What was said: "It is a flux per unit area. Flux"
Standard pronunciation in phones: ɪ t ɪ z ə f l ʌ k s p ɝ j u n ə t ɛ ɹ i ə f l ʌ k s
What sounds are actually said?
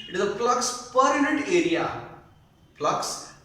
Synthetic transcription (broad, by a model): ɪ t ɪ z ə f l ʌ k s p ɝ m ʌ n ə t ɛ ɹ i ə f l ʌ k s